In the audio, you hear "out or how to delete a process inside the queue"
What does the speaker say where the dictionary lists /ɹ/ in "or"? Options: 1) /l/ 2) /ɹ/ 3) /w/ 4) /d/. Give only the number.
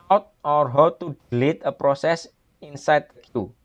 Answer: 2